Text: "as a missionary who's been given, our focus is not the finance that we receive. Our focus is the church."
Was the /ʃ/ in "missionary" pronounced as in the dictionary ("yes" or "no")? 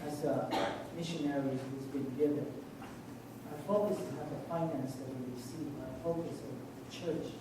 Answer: yes